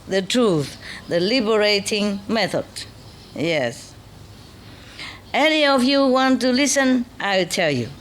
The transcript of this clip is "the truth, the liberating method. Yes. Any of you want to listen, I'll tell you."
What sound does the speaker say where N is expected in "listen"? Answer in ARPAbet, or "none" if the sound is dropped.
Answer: N